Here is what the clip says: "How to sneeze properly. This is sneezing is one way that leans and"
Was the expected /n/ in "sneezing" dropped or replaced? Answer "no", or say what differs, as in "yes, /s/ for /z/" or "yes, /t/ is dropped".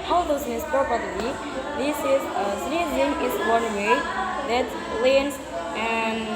yes, /n/ is dropped